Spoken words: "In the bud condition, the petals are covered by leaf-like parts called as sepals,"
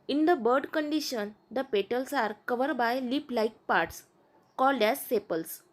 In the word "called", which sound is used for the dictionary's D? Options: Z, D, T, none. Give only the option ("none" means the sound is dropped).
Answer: D